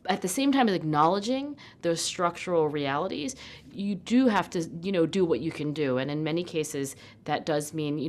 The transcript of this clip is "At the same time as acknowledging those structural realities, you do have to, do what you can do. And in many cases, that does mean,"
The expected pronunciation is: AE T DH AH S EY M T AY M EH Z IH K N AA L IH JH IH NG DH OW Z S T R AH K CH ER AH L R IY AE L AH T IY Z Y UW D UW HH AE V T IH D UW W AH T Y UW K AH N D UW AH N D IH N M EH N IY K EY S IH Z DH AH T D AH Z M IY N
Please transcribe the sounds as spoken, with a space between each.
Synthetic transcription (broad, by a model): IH T DH AH S EY M T AY M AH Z IH K N AA L IH JH IH NG DH OW Z S T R AH K CH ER L R IY AE L AH T IY Z Y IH D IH HH AE F T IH D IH W AH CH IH K AH N D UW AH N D IH N M EH N IY K EY S IH Z DH AH T D AH Z M IY N